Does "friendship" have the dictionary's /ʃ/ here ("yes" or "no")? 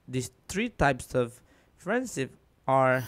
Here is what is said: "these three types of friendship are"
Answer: no